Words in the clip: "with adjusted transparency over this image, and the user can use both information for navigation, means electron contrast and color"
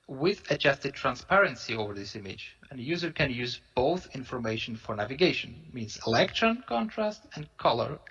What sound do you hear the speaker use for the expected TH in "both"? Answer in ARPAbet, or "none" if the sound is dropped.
TH